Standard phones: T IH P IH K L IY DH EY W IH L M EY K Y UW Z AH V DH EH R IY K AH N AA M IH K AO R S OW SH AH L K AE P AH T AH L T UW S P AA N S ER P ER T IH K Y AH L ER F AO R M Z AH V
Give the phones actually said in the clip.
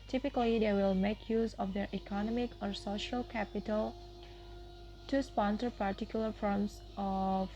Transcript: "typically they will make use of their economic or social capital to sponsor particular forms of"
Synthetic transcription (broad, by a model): T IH P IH K L IY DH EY W IH L M EY K Y UW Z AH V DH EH R IY K AH N AA M IH K AO R S OW SH AH L K AE P AH T AH L T UW S P AA N S ER P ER T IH K Y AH L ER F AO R M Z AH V